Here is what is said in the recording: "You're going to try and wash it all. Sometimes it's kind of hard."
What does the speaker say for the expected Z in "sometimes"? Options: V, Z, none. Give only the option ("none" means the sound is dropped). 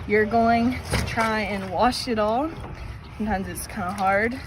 Z